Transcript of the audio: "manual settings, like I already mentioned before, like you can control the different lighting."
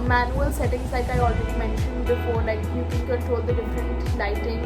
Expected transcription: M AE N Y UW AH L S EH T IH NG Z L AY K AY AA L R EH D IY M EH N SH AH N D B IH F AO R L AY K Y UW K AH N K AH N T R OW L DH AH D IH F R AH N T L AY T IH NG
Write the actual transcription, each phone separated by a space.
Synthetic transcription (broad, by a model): M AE N Y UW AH L S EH T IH NG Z L AY K AY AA L W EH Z M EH N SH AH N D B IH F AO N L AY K Y UW K AH N K AH N T R OW L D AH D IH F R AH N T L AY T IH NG